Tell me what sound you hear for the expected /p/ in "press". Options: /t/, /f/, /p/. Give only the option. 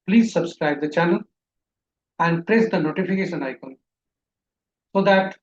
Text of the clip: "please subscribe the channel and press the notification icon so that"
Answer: /p/